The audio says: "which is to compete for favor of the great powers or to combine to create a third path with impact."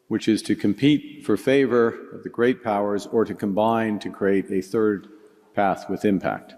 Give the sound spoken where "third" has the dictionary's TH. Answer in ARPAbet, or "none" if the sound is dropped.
TH